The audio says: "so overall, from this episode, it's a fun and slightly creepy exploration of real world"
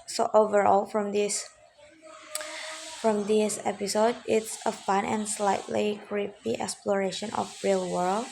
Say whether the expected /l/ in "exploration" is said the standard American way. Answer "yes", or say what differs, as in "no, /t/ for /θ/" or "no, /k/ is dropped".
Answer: yes